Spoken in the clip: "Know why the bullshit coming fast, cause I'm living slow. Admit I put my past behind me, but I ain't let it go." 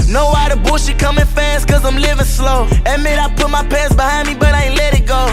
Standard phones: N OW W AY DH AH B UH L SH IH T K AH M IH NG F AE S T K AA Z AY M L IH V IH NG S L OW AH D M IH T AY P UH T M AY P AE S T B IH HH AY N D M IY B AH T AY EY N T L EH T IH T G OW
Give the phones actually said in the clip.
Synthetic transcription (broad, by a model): N OW W AY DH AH B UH SH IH K AH M IH NG F AE S T K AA Z AY M L IH V IH NG S L OW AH M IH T AY P UH T M AY P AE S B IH HH AY N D M IY B AH T AY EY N L EH T IH T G OW